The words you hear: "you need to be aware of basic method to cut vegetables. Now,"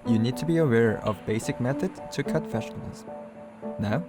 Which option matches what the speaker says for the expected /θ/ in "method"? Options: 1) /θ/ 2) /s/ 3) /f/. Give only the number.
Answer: 1